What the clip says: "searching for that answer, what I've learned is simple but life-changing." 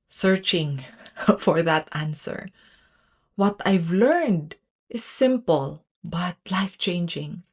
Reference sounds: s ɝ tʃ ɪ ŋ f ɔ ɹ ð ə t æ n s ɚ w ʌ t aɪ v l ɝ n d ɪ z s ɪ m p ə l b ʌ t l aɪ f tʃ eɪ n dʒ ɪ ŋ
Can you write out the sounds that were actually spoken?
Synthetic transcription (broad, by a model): s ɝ tʃ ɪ ŋ f ɔ ɹ ð ə t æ n s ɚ w ʌ t aɪ v l ɝ n d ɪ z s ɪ m p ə l b ʌ t l aɪ f tʃ eɪ n dʒ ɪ ŋ